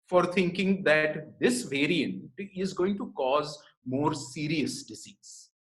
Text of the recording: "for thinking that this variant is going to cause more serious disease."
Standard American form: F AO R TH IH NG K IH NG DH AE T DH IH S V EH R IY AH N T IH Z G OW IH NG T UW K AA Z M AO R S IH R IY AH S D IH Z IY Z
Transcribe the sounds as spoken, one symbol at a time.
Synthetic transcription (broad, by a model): F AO R T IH NG K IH NG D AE T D IH S V EH R IY AH N T IH Z G OW IH NG T UW K AA Z M AO R S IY R IY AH S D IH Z IY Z